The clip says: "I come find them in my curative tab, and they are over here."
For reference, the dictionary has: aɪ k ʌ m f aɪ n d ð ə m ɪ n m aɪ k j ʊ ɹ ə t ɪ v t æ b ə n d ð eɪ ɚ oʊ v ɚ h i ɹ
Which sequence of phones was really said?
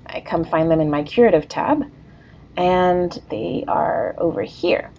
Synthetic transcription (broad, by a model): aɪ k ʌ m f aɪ n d ð ə m ɪ n m aɪ k j ʊ ɹ ə t ɪ v t æ b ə n ð eɪ ɚ oʊ v ɚ h i ɹ